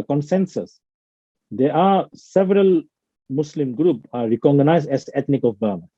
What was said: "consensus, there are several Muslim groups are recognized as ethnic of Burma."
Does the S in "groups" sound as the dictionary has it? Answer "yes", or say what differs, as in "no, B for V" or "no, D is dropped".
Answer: no, S is dropped